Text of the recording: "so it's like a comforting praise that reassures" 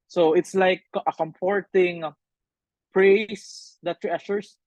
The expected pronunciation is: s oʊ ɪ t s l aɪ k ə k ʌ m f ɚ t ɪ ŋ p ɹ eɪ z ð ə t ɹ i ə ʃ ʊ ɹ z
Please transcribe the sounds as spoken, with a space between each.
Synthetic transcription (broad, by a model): s oʊ ɪ t s l aɪ k ə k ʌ m p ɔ t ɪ ŋ p ɹ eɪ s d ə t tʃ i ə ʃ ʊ ɹ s